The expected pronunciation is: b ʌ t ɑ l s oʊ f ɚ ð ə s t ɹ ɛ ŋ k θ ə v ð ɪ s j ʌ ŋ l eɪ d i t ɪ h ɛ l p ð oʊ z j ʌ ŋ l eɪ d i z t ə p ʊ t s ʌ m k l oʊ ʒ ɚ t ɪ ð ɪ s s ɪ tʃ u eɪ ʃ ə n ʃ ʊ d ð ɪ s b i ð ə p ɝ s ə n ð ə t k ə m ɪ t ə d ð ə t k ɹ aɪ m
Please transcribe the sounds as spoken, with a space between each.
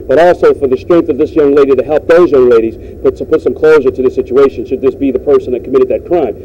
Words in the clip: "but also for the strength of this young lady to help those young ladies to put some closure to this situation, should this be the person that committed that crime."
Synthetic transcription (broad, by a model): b ʌ t ɑ l s oʊ f ɚ ð ə s t ɹ ɛ ŋ k θ ə v ð ɪ s j ʌ ŋ l eɪ d i t ɪ h ɛ l p ð oʊ z j ʌ ŋ l eɪ d i z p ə p ʊ t s ʌ m k l oʊ ʒ ɚ t ɪ ð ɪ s s ɪ tʃ u eɪ ʃ ə n ʃ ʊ d ð ɪ s b i ð ə p ɝ s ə n ð ə t k ə m ɪ t ə d ð ə t k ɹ aɪ m